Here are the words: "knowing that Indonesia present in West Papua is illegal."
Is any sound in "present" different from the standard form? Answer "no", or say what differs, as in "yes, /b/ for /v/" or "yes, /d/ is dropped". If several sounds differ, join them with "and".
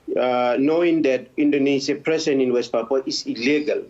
yes, /s/ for /z/ and /t/ is dropped